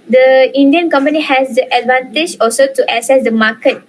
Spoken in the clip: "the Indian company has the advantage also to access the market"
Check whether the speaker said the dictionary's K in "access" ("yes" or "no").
no